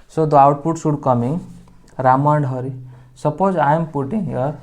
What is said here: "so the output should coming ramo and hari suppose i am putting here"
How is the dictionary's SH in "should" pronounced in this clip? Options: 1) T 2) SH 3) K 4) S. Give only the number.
4